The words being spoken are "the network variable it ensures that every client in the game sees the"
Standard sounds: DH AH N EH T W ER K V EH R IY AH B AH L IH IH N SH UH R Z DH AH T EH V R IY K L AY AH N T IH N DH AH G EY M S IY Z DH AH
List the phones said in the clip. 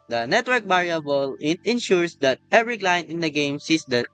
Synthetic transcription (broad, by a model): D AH N EH T W ER K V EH R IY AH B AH L IH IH N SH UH R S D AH T EH V R IY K L AY N IH N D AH G EY M S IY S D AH